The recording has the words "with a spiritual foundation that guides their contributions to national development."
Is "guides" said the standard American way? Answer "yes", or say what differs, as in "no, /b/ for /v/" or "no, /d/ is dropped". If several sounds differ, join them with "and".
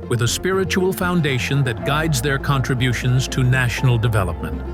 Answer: yes